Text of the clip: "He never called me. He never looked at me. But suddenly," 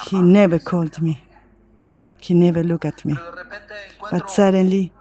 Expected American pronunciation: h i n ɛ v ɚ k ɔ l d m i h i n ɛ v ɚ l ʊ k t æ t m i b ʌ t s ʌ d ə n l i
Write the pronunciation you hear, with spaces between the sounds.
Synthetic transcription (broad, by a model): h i n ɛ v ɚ k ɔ l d m i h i n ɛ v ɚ l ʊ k ɑ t m i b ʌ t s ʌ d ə n l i